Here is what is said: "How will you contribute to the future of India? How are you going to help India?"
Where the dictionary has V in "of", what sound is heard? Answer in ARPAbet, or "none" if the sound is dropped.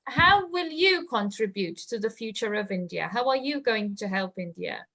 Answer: V